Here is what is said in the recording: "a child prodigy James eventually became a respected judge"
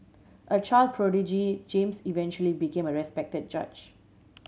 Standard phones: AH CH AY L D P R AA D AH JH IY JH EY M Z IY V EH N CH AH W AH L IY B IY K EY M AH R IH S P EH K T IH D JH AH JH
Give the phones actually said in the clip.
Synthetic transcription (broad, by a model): AH CH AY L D P R AA D AH JH IY JH EY M S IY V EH N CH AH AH L IY B IY K EY M AH R IH S P EH K T IH D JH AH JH